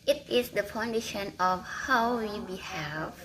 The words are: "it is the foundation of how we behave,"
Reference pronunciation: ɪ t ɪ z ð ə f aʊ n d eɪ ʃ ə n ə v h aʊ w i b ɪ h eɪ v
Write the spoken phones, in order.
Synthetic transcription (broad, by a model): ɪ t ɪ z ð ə p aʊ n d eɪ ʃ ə n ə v h aʊ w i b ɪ h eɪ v